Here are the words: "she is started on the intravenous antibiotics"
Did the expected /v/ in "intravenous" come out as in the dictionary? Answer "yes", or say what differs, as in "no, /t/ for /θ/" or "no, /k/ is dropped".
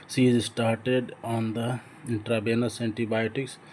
no, /b/ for /v/